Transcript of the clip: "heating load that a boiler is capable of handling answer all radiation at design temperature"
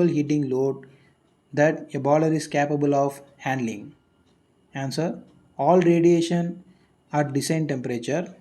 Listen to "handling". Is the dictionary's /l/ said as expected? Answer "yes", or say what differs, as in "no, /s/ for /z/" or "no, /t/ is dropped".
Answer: yes